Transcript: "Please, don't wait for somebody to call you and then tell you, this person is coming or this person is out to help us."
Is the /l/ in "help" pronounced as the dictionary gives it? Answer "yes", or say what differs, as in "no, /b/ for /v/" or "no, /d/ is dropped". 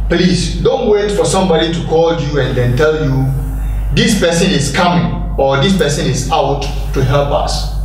no, /l/ is dropped